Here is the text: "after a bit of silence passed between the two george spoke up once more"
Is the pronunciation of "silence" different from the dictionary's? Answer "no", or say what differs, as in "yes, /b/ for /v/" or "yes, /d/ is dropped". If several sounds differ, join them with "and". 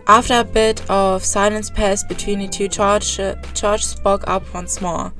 no